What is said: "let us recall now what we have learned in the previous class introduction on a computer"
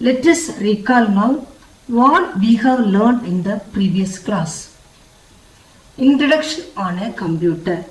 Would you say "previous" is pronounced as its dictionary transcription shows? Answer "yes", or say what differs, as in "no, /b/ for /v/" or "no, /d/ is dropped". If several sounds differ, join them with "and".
yes